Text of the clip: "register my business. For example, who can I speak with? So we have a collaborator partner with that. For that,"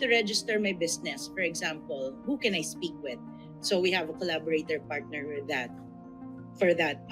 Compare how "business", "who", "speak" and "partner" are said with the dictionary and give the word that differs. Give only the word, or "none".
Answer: business